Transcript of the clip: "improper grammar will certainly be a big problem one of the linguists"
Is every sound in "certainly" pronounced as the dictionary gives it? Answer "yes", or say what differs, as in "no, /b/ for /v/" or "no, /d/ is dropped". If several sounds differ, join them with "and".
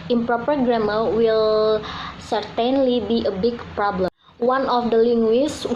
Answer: yes